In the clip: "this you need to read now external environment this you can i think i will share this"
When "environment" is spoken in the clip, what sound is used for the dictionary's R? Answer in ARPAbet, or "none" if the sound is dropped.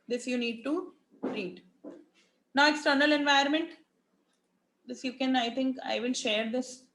none